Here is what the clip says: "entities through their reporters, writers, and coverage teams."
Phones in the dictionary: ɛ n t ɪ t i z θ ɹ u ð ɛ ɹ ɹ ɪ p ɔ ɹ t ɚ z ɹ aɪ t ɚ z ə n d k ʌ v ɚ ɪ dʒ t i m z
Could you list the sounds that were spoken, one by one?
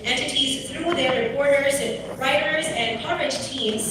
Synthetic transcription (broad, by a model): ɛ n t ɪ t i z θ ɹ u ð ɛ ɹ ɹ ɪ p ɔ ɹ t ɚ z ɹ aɪ t ɚ z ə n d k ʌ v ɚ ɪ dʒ t i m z